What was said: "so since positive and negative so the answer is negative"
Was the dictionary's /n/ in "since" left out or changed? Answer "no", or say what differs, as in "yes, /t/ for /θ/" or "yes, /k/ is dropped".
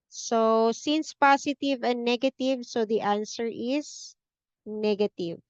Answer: no